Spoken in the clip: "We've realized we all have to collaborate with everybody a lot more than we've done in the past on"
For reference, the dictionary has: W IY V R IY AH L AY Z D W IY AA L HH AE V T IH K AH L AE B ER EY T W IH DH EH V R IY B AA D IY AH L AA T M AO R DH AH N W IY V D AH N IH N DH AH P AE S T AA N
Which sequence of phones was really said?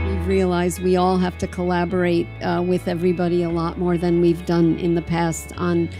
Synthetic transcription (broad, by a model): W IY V R IY AH L AY Z D W IY AA L HH AE F T IH K AH L AE B ER EY T W IH DH EH V R IY B AA D IY AH L AA T M AO R DH AH N W IY V D AH N IH N DH AH P AE S T N